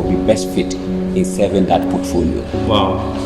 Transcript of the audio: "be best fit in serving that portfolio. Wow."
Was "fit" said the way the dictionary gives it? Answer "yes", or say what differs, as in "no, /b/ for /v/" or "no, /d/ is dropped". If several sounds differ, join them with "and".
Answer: yes